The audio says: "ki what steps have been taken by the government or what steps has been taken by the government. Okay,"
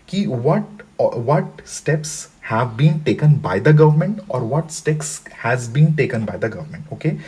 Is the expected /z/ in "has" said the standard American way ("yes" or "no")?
yes